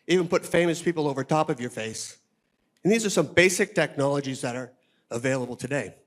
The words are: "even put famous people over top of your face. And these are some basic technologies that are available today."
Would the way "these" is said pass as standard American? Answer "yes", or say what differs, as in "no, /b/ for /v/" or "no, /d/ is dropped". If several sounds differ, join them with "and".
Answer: yes